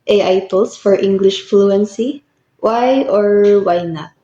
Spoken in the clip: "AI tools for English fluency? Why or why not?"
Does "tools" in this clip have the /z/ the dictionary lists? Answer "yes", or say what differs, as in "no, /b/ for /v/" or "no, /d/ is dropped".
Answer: no, /s/ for /z/